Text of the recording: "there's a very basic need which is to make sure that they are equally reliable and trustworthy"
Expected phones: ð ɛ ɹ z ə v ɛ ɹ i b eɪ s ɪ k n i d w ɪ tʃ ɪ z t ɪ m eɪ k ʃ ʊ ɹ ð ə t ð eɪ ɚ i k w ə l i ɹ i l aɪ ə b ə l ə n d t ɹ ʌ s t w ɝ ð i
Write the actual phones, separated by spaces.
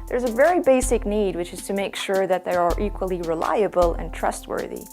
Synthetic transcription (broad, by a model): ð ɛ ɹ z ə v ɛ ɹ i b eɪ s ɪ k n i d w ɪ tʃ ɪ z t ɪ m eɪ k ʃ ʊ ɹ ð ə t ð eɪ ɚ i k w ə l i ɹ i l aɪ ə b ə l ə n t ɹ ʌ s t w ɝ ð i